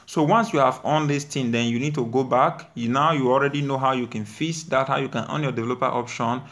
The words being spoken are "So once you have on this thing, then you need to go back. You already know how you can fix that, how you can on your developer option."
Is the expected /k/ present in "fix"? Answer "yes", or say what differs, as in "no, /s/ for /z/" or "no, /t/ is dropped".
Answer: no, /k/ is dropped